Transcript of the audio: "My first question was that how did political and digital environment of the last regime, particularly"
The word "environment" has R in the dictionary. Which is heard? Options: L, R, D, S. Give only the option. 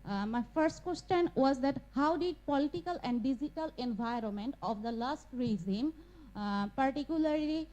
R